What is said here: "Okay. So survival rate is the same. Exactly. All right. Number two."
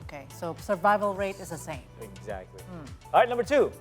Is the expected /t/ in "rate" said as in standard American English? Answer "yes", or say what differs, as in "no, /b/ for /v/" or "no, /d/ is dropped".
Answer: yes